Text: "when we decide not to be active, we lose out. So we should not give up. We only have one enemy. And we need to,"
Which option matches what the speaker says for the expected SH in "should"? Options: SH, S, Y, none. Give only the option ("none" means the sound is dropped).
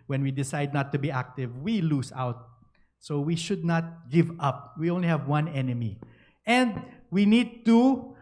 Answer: SH